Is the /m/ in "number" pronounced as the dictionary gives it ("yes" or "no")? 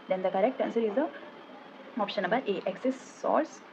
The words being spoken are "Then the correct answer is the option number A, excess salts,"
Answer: no